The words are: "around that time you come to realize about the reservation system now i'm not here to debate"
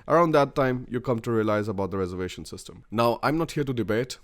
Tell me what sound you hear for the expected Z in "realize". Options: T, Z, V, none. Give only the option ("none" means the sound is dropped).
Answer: Z